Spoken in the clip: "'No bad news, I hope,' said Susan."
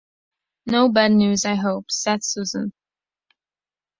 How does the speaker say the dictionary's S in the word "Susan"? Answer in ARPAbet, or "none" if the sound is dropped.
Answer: S